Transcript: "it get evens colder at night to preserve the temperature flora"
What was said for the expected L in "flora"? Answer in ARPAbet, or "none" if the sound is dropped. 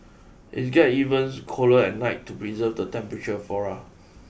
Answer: none